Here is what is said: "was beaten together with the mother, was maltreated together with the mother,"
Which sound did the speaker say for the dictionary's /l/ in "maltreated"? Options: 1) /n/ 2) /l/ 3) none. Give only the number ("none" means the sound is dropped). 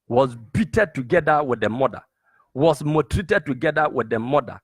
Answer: 3